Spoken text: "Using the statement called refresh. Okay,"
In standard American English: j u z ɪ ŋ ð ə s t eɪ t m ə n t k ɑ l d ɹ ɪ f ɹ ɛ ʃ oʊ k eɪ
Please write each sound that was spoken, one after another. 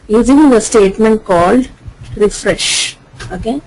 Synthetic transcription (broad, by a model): j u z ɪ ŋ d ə s t eɪ t m ə n t k ɑ l d ɹ ɪ f ɹ ɛ ʃ oʊ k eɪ